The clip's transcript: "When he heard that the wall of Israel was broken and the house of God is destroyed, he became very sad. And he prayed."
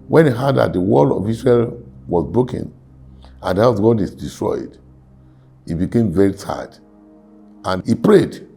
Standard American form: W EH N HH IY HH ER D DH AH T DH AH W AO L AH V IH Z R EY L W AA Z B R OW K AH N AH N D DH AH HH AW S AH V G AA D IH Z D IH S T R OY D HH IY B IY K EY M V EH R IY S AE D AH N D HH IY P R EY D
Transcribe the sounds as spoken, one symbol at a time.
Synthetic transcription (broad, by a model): W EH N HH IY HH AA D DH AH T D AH W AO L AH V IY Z R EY L W AA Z B R OW K AH N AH N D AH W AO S G AA D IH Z D IH S T R OY D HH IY B IY K EY M V EH R IY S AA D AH N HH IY P R EY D